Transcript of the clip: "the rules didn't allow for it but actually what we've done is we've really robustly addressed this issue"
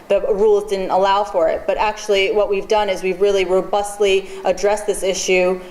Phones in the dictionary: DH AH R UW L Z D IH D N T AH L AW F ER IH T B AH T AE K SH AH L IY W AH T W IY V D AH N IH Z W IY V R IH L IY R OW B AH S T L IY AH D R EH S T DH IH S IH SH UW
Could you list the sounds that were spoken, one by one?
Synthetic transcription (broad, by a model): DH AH R UW L Z D IH D N T AH L AW F ER IH T B AH T AE K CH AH L IY W AH T W IY V D AH N IH Z W IY V R IH L IY R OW B AH S T L IY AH D R EH S DH IH S IH SH UW